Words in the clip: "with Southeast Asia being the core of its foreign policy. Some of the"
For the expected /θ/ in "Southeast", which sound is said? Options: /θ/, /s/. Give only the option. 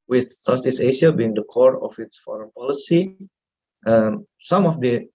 /s/